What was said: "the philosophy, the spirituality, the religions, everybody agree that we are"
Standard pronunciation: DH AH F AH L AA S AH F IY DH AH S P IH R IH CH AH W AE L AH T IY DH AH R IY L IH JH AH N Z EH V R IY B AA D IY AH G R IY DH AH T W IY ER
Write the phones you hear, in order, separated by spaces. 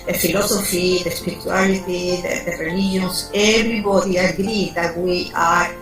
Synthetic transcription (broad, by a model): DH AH F AH L AA S AH F IY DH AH S P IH R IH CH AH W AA L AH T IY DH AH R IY L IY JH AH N S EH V R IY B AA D IY AH G R IY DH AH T W IY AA